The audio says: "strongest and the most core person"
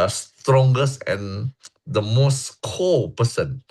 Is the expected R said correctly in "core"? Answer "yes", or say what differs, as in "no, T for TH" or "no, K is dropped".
no, L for R